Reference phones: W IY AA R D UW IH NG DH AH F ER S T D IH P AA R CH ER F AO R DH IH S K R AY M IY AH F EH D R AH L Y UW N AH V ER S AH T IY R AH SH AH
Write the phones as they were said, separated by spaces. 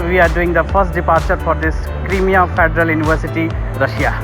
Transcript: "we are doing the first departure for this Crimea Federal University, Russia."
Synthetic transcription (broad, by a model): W IY AA R D UW IH NG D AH P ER S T D IH P AA R CH ER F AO R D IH S K R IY M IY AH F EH D R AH L Y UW N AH B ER S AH T IY R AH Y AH